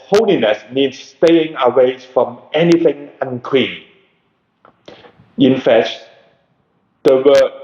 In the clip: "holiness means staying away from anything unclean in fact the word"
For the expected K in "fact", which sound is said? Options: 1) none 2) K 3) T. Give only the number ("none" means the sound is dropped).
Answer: 1